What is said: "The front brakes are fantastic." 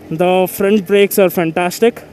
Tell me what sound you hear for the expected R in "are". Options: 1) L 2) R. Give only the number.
2